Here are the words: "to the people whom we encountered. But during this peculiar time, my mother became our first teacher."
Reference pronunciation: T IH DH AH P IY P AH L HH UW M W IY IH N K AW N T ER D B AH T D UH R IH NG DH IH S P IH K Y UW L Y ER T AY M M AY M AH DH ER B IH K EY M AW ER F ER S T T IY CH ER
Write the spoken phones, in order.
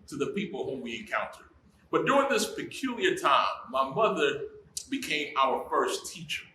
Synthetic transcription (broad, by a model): T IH DH AH P IY P L HH UW M W IY IH N K AW N T ER D B AH T D UH R IH NG DH IH S P IH K Y UW L Y ER T AY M M AY M AH DH ER B IH K EY M AW ER F ER S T T IY CH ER